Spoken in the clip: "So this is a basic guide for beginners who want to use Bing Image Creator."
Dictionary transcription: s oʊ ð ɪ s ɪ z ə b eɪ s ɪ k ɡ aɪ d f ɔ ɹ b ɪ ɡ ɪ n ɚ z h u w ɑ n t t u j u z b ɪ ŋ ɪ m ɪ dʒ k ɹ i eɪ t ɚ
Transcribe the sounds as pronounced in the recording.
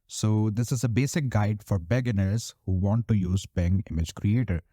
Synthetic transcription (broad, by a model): s oʊ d ɪ s ɪ z ə b eɪ s ɪ k ɡ aɪ d f ɔ ɹ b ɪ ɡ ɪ n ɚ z h u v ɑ n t t u j u z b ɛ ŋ ɪ m ɪ dʒ k ɹ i eɪ t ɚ